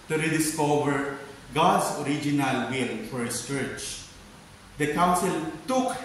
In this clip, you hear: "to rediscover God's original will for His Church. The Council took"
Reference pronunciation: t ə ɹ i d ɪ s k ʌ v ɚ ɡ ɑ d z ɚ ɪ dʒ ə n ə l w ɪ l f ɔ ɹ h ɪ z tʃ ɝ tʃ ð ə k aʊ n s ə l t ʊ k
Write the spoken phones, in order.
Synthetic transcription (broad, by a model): t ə ɹ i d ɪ s k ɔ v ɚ ɡ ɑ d s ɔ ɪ dʒ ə n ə l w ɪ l f ɔ ɹ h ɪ s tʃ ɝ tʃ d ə k aʊ n s ə l t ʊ k